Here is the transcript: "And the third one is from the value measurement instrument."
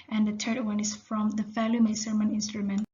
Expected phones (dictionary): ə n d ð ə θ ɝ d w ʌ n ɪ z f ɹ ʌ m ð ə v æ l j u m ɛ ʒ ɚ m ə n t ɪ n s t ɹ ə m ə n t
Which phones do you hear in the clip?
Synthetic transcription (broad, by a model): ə n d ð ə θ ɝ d w ʌ n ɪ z f ɹ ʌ m ð ə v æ l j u m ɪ s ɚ m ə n ɪ n s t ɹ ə m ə n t